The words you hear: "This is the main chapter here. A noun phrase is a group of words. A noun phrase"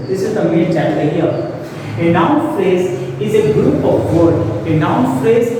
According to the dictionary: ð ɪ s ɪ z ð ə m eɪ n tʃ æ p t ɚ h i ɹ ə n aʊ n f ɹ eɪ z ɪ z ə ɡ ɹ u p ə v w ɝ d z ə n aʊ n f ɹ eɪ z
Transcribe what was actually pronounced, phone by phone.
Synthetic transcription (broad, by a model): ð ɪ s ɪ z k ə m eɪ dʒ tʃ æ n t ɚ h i ɹ ə n aʊ n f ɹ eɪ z ɪ z ə ɡ ɹ u p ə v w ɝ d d ə n aʊ n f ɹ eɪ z